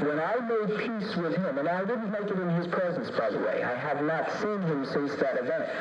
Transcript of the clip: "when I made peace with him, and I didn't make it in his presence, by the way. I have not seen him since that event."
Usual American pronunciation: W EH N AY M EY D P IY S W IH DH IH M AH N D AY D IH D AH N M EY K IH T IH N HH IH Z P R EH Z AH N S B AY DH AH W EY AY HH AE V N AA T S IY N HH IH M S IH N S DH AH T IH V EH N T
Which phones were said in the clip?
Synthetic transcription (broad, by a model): W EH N AY M EY D P IY S W IH DH IH M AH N AY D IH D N M EY K IH T IH N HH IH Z P R EH Z AH N S B AY DH AH W EY AY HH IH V N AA T S IY N HH IH M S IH S DH AH T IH V EH N T